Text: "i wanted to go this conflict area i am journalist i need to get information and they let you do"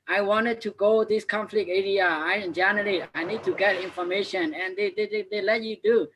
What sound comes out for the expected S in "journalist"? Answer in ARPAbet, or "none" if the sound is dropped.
none